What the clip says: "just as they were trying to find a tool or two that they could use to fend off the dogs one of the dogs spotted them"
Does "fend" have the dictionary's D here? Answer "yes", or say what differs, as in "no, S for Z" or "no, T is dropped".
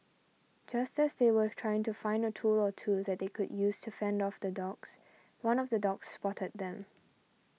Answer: yes